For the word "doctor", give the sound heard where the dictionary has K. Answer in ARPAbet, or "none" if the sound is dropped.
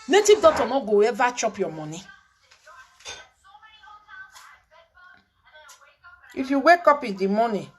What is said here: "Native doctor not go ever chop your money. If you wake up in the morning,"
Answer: none